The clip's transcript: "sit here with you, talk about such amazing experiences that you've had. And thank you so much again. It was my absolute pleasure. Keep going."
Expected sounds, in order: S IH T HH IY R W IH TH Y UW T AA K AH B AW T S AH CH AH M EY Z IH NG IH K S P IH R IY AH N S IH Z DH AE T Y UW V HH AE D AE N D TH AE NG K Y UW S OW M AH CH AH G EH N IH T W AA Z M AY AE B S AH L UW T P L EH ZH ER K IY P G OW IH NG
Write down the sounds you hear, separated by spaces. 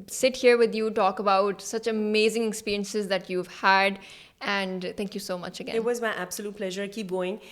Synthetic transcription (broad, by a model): S IH T HH IY R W IH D Y UW T AA K AH B AW T S AH CH AH M EY Z IH NG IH K S P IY R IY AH N S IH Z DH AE T Y UW V HH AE D AE N D T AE NG K Y UW S OW M AH CH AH G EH IH T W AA Z M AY AE B S AH L UW T P L EH ZH ER K IY P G OW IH NG